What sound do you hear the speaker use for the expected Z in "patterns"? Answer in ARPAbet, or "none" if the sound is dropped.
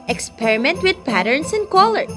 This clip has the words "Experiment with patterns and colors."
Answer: S